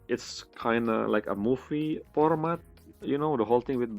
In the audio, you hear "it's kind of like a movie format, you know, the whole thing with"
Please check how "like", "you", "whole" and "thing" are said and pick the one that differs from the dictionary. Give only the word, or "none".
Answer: thing